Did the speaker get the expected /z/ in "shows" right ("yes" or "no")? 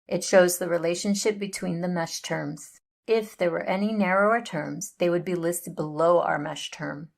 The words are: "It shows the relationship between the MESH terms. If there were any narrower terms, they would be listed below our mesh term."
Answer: yes